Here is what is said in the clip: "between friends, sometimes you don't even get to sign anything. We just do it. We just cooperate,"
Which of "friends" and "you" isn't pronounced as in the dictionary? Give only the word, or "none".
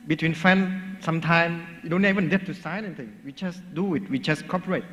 friends